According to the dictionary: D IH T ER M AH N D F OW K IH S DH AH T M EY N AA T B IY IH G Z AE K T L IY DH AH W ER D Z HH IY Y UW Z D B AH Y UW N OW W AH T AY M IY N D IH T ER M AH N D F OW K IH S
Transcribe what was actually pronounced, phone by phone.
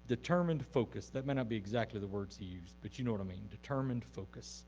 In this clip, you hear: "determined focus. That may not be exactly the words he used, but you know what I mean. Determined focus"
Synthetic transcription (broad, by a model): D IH T ER M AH N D F OW K IH S DH AH T M EY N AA T B IY IH G Z AE K T L IY DH AH W ER D Z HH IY Y UW Z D B AH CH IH N OW W AH T AY M IY N D IH T ER M AH N D F OW K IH S